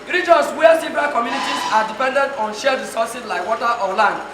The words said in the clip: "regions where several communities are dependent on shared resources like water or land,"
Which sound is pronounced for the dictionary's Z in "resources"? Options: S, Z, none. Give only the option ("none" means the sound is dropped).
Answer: S